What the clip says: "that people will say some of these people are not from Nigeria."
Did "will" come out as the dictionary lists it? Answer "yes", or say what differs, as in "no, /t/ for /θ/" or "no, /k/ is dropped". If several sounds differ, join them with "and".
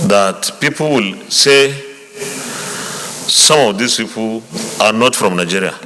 yes